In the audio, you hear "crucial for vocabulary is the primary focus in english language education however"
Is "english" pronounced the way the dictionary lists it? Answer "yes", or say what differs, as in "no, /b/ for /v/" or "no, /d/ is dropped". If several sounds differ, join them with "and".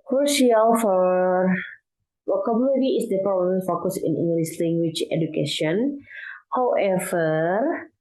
no, /s/ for /ʃ/